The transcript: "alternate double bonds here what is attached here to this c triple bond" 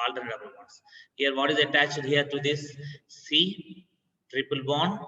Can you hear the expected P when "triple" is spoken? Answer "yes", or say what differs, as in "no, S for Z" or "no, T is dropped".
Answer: yes